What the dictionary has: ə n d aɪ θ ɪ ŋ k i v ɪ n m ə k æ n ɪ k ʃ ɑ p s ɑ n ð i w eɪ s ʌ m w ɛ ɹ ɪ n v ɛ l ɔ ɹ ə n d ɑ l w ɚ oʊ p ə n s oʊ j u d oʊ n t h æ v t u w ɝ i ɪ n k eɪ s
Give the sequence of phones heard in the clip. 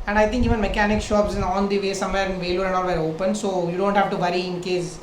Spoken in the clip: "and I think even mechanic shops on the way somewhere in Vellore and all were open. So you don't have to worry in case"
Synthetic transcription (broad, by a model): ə n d aɪ t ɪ ŋ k i v ɪ n m ə k æ n ɪ k ʃ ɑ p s ɑ n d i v eɪ s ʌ m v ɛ ɹ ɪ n v ɛ l ɔ ɹ ə n d ɑ l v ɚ oʊ p ə n s oʊ j u d oʊ n t h æ v t u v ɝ i ɪ n k eɪ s